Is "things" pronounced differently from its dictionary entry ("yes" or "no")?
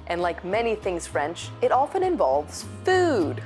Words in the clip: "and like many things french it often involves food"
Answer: no